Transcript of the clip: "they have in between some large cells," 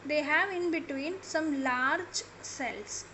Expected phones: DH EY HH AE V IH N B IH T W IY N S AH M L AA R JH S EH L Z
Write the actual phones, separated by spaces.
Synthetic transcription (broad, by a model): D EY HH AE V IH N B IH T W IY N S AH M L AA R JH S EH L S